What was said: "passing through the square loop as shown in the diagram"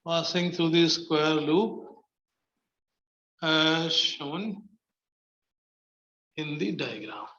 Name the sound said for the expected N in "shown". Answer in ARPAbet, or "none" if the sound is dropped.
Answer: N